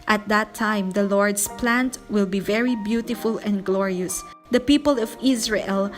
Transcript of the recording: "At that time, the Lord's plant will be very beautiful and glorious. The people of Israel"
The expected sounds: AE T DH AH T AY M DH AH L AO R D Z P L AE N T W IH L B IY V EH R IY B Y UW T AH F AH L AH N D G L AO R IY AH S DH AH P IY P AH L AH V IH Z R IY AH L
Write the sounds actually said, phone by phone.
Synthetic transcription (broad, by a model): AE T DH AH T AY M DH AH L AO R D S P L AE N T W IH L B IY V EH R IY B Y UW T AH F AH L AH N D G L AO R IY AH S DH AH P IY P AH L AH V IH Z R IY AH L